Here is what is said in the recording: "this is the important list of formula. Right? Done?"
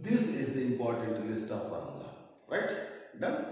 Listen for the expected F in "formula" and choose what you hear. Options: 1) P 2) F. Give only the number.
1